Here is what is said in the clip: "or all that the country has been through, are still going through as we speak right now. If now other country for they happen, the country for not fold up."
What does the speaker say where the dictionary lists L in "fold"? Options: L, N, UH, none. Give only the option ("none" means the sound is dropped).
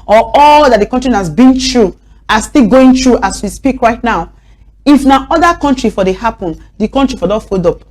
none